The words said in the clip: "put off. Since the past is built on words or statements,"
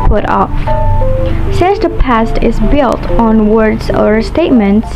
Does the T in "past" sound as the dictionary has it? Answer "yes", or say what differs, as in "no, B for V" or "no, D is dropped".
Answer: yes